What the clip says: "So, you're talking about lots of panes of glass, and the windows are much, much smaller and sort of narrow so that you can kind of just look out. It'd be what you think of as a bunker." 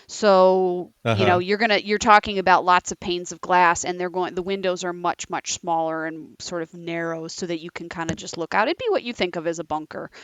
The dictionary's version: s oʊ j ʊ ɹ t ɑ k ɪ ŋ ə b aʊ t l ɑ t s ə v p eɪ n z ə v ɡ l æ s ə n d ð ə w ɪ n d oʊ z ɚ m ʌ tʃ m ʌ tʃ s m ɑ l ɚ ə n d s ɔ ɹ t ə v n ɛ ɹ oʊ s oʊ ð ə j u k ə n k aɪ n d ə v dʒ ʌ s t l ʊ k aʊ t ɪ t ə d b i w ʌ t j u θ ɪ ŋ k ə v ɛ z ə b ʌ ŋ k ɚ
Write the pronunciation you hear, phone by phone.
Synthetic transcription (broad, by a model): s oʊ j ʊ ɹ t ɑ k ɪ ŋ ə b aʊ t l ɑ t s ə v p eɪ n z ə v ɡ l æ s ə n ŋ ð ə w ɪ n d oʊ z ɚ m ʌ tʃ m ʌ tʃ s m ɑ l ɚ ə n s ɔ ɹ t ə v n ɛ ɹ oʊ s oʊ ð ə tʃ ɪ k n k aɪ n d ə dʒ ʌ s t l ʊ k aʊ t ɪ t b i w ʌ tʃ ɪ θ ɪ ŋ k ə v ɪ z ə b ʌ ŋ k ɚ